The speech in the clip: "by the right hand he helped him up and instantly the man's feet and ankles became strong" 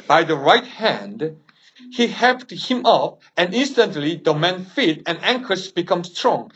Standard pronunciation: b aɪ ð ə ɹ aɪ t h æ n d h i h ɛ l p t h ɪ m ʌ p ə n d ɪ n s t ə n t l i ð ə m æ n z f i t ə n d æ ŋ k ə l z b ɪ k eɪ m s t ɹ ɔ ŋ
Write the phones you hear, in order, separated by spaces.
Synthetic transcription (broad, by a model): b aɪ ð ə ɹ aɪ t h æ n d h i h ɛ p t h ɪ m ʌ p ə n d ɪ n s t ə n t l i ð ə m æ n f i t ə n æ ŋ k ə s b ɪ k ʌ m s t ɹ ɔ ŋ